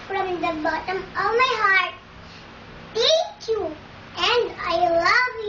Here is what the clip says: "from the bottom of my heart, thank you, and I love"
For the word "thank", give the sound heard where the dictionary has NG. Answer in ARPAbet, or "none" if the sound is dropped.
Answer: none